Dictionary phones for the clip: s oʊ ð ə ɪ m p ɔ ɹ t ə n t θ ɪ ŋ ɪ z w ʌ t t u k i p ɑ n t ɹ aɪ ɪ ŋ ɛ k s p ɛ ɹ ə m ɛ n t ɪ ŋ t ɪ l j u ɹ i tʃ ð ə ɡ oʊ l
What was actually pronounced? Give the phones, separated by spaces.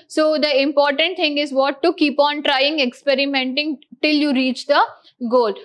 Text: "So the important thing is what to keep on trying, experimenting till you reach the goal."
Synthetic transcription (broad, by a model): s oʊ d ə ɪ m p ɔ ɹ t ə n t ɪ ŋ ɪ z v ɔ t t u k i p ɑ n t ɹ aɪ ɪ ŋ ɛ k s p ɛ ɹ ə m ɛ n t ɪ ŋ t ɪ l j u ɹ i tʃ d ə ɡ oʊ l